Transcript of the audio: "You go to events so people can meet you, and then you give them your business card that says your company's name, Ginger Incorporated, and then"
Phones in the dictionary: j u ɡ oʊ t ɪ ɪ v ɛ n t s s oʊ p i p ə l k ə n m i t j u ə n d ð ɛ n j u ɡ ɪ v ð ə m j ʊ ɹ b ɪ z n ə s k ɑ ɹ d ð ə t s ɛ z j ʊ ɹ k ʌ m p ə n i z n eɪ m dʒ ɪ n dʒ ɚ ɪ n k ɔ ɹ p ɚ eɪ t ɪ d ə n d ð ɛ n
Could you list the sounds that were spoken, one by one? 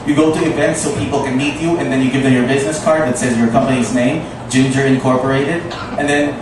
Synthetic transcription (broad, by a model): j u ɡ oʊ t ɪ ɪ v ɛ n t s s oʊ p i p l k ə n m i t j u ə n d ð ɛ n j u ɡ ɪ v ð ə m j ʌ ɹ b ɪ z n ə s k ɑ ɹ d ð ə t s ɛ z j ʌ ɹ k ʌ m p ə n i z n eɪ m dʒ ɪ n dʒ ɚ ɪ n k ɔ ɹ p ɚ eɪ t ɪ d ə n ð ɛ n